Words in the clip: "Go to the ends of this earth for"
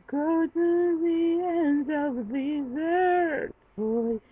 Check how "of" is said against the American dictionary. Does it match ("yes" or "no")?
yes